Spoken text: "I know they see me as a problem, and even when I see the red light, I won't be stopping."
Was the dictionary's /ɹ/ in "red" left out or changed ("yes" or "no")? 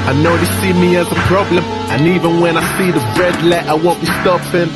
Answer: no